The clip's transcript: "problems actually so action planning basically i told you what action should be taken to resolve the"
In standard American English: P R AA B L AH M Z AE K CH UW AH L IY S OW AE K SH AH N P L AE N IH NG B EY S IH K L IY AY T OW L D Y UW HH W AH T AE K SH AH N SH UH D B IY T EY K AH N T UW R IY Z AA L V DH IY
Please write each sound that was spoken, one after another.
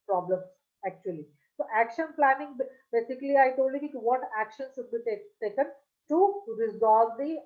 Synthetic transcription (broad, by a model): P R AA B L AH M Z AE K CH UW AH L IY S OW AE K SH AH N P L AE N IH NG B EY S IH K L IY AY T OW L D Y UW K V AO T AE K SH AH N S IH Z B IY T EY K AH N T UW R IY Z AA L V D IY